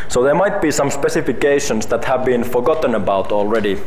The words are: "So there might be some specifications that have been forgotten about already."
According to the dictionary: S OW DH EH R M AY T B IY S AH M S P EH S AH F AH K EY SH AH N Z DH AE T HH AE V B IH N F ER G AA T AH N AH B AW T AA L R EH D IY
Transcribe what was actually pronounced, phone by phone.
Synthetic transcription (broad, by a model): S OW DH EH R M AY T B IY S AH M S P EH S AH F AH K EY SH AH N S DH AE T HH AE V B IH N F ER G AA T AH N AH B AW T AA L R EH D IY